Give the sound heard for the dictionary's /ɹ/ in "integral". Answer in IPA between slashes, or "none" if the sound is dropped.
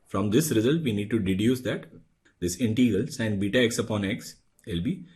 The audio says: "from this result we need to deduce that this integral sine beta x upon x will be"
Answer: none